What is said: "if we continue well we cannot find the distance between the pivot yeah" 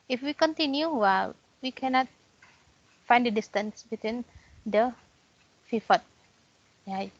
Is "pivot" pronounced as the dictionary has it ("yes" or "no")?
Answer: no